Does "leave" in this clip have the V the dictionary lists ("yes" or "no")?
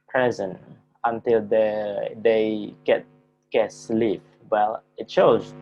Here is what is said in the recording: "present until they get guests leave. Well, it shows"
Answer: no